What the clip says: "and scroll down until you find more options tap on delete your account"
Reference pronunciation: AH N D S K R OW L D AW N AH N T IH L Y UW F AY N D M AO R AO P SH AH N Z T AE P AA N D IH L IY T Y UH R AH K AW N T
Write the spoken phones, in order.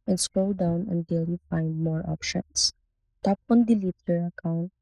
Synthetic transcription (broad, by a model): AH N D S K OW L D AW N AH N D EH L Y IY F AY N D M AO R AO P SH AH N S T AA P AA N D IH L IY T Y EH R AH K AW N T